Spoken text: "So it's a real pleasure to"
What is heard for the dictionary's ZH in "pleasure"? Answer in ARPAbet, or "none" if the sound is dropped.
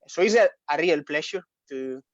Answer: SH